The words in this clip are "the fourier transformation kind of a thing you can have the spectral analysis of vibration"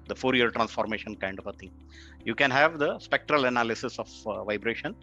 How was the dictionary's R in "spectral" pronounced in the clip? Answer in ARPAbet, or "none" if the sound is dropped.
R